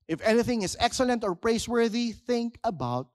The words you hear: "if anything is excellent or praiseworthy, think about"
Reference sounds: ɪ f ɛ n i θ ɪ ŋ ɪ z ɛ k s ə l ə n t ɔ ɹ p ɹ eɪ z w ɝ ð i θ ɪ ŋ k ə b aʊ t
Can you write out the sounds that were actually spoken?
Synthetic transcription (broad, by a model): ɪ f ɛ n i θ ɪ ŋ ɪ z ɛ k s ə l ə n t ɔ ɹ p ɹ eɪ s w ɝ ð i θ ɪ ŋ k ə b aʊ t